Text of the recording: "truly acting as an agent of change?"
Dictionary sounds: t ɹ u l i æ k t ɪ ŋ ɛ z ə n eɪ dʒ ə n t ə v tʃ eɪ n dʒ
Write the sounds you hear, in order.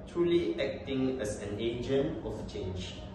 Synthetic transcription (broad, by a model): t ɹ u l i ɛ k t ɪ ŋ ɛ s ə n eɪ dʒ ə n ə f tʃ eɪ n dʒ